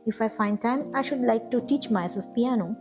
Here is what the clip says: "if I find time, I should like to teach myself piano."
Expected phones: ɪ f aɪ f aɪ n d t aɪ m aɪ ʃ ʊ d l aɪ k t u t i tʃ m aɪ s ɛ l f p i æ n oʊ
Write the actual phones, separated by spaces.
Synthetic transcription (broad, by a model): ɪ f aɪ f aɪ n d t aɪ m aɪ ʃ ʊ d l aɪ k t u t i tʃ m aɪ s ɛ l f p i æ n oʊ